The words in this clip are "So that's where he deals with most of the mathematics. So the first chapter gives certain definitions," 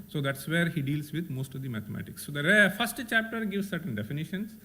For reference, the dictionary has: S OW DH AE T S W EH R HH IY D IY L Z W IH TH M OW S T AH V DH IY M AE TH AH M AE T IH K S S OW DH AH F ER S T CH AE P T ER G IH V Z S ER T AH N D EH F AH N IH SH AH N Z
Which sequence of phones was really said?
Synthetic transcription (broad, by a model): S OW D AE T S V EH R HH IY D IY L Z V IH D M OW S T AH V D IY M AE T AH M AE T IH K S S OW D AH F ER S T CH AE P T ER G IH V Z S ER T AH N D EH F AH N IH SH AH N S